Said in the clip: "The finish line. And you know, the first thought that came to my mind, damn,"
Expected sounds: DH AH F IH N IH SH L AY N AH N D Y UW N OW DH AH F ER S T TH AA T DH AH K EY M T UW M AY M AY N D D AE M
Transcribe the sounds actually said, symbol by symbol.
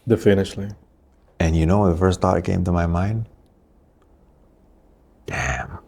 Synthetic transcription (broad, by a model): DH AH F IH N IH SH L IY AH N Y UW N OW DH AH F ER S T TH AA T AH K EY M T UW M AY M AY N D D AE M